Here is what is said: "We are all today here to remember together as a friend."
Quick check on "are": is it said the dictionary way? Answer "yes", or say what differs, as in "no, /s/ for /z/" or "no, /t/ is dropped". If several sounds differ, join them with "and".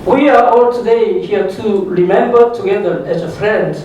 yes